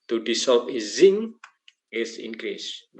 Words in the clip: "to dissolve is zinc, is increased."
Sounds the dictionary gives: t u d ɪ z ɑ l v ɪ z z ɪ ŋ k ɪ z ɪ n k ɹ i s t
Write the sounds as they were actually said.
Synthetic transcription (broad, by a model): t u d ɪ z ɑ l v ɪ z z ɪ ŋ ɪ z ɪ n k ɹ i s